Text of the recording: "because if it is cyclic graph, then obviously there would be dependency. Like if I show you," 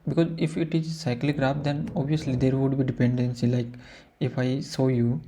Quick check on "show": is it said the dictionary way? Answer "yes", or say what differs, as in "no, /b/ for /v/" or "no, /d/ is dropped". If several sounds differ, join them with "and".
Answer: no, /s/ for /ʃ/